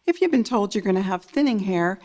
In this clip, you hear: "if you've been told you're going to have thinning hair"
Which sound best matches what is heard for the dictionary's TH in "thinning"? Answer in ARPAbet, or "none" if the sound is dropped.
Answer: TH